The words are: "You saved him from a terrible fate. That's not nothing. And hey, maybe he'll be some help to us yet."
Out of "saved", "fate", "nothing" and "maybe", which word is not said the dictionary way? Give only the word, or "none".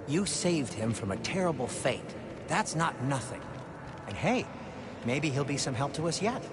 none